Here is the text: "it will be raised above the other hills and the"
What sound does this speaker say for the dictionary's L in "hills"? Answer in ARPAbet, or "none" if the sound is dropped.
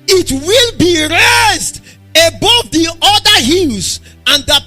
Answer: N